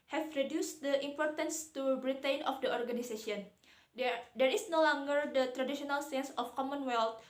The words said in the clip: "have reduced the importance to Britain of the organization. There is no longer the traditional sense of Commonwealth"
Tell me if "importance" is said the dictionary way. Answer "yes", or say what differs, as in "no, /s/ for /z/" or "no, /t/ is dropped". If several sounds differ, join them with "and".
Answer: yes